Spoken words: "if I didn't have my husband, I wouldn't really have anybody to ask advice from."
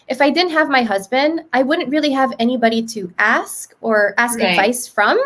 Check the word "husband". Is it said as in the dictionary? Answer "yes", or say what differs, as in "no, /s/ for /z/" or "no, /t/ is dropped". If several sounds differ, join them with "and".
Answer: yes